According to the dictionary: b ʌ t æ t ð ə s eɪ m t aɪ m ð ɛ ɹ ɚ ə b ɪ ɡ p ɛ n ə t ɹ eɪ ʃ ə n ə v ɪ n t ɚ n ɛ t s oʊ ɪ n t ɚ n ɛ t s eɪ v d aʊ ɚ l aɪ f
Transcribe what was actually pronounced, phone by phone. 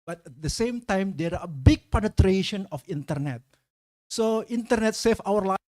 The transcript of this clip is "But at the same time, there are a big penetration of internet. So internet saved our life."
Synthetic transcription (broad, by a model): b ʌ t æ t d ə s eɪ m t aɪ m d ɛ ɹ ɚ ə b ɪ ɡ p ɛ n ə t ɹ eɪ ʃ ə n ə f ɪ n t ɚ n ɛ t s oʊ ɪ n t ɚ n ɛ t s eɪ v aʊ ɚ l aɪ